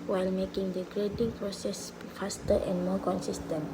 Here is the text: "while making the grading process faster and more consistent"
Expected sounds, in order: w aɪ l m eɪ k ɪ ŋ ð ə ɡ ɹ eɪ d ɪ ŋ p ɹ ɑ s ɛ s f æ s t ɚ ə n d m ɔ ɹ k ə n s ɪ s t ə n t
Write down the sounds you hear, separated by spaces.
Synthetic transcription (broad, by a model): w aɪ l m eɪ k ɪ ŋ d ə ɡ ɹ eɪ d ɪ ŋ p ɹ ɑ s ɛ s f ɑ s t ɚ ə n d m ɔ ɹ k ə n s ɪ s t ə n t